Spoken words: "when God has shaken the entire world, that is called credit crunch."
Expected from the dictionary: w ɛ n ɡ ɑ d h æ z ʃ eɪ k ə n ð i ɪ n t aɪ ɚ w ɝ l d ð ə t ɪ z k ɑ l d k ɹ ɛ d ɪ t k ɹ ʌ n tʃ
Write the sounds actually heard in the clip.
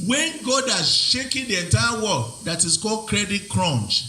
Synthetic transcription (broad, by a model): w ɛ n ɡ ɑ d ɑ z ʃ eɪ k ə n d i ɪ n t aɪ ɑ w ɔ d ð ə t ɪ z k ɑ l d k ɹ ɛ d ɪ t k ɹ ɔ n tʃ